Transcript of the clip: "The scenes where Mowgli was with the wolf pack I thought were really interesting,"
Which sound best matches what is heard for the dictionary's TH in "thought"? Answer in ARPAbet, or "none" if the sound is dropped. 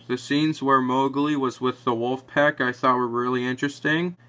TH